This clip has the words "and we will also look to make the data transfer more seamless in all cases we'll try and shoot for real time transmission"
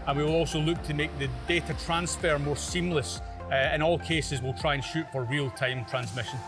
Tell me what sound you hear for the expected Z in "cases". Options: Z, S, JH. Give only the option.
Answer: Z